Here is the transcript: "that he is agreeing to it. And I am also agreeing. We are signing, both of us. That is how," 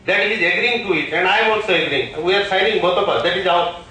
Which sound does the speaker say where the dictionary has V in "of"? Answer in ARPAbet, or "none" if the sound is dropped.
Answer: P